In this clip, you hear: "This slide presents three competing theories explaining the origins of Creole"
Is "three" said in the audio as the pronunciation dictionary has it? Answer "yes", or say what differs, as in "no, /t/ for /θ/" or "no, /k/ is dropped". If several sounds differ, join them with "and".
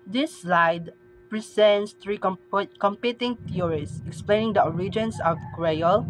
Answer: no, /t/ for /θ/